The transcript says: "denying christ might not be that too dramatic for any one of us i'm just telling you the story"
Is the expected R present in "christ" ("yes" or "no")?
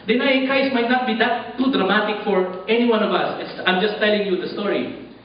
no